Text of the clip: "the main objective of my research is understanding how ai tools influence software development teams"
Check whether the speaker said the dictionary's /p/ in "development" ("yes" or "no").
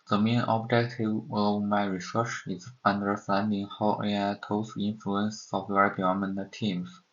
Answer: no